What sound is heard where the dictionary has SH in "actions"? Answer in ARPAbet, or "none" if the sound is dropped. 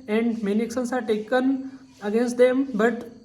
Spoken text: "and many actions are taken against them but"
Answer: S